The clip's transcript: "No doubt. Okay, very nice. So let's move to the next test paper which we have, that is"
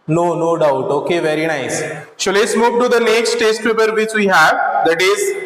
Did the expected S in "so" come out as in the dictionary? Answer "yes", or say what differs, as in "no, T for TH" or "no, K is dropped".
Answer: no, SH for S